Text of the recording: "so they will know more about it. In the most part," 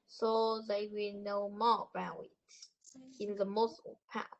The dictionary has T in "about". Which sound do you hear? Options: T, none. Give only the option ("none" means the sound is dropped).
none